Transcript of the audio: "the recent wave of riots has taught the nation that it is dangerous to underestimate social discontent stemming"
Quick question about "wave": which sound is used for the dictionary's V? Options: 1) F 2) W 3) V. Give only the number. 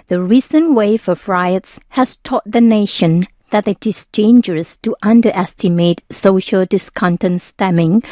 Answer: 1